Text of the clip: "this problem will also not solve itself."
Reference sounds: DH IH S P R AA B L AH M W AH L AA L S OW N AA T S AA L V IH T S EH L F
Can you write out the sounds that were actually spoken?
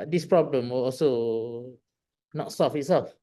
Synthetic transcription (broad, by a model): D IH S P R AA B L AH M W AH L AA L S OW N AA T S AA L F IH T S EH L F